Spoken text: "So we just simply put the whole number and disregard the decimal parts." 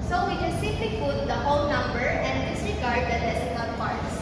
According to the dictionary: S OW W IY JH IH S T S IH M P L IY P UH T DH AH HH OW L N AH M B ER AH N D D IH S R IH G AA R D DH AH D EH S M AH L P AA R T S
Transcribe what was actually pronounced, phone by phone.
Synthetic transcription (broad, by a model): S OW W IY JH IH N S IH P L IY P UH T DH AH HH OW N N AH M B ER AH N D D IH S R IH G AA R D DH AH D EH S AH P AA R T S